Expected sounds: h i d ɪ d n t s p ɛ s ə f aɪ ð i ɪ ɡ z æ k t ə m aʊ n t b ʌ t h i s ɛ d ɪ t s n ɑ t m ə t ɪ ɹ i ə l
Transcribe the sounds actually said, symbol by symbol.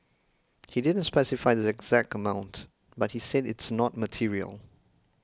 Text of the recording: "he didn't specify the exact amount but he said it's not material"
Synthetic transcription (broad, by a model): h i d ɪ d n t s p ɛ s ə f aɪ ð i ɪ ɡ z æ k t ə m aʊ n t b ʌ t h i s ɛ d ɪ t s n ɑ t m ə t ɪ ɹ i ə l